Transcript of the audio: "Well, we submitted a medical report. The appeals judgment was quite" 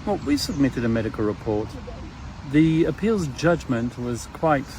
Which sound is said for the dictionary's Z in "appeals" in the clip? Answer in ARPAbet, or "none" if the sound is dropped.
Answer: Z